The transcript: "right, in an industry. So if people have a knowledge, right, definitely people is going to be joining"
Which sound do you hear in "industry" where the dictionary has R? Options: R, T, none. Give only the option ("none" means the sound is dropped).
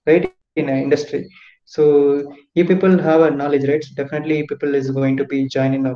R